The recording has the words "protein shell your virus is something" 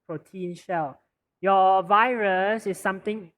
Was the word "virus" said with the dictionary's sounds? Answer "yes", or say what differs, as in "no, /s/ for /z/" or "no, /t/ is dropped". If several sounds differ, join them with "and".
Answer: yes